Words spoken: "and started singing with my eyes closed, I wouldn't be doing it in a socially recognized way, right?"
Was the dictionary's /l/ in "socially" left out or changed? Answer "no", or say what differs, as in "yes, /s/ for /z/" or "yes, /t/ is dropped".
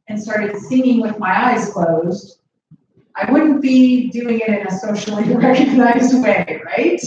yes, /n/ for /l/